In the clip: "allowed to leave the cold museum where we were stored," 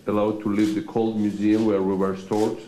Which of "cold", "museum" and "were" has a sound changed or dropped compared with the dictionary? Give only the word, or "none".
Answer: none